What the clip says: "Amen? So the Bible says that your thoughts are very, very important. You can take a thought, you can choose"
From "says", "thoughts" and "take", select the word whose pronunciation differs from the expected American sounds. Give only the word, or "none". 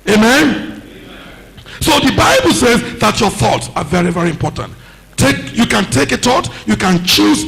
none